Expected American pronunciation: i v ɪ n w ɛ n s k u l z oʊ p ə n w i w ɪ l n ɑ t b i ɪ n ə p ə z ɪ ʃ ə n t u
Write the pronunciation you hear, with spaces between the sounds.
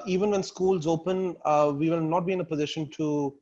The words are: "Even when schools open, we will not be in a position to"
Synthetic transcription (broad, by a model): i v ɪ n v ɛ n s k u l z oʊ p ə n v i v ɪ l n ɑ t b i ɪ n ə p ə z ɪ ʃ ə n t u